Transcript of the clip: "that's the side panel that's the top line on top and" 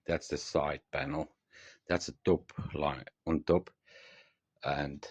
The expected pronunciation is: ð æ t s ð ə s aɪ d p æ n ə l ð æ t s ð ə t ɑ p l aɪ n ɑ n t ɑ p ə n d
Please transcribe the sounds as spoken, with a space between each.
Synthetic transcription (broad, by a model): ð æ t s ð ə s aɪ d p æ n l ð æ t s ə t ɑ p l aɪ ɑ n t ɑ p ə n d